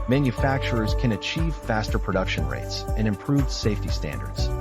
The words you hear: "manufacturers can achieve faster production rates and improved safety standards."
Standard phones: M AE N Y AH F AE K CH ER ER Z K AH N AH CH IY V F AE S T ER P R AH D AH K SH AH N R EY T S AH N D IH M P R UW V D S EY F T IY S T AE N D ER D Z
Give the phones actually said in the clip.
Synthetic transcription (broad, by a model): M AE N Y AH F AE K CH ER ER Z K AH N AH CH IY V F AE S T ER P R AH D AH K SH AH N R EY T S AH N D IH M P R UW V S EY F T IY S T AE N D ER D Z